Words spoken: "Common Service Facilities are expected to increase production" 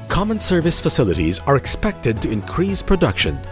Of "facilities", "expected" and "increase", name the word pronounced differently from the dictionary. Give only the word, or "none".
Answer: none